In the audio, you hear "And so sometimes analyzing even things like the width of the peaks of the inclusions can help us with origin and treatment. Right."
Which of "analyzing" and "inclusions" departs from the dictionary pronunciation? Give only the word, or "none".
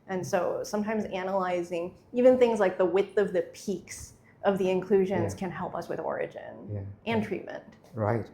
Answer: none